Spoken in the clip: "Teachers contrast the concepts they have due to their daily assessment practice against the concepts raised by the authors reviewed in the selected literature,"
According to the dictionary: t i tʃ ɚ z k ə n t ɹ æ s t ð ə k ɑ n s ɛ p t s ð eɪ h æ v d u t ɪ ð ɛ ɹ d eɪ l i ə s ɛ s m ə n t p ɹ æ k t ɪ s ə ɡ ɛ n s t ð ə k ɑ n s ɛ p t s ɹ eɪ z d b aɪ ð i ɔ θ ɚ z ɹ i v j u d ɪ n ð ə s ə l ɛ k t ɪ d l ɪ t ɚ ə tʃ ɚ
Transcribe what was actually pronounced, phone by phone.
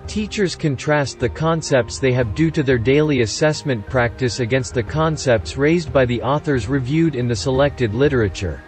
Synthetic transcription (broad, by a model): t i tʃ ɚ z k ə n t ɹ æ s t ð ə k ɑ n s ɛ p t s ð eɪ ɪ v d u t ɪ ð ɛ ɹ d eɪ l i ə s ɛ s m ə n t p ɹ æ k t ɪ s ə ɡ ɛ n s t ð ə k ɑ n s ɛ p t s ɹ eɪ z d b aɪ ð i ɔ θ ɚ z ɹ i v j u d ɪ n ð ə s ə l ɛ k t ɪ d l ɪ t ɚ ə tʃ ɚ